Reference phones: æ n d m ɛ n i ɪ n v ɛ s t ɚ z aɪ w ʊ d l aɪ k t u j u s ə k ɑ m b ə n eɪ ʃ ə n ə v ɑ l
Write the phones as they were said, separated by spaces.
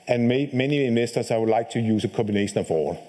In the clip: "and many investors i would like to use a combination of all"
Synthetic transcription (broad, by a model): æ n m m ɛ n i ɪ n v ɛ s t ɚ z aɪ w ʊ d l aɪ k t u j u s ə k ɑ m b ə n eɪ ʃ ə n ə f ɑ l